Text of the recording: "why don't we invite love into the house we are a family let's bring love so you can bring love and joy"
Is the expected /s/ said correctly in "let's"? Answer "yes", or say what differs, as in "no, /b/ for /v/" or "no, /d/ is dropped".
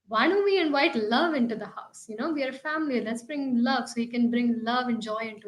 yes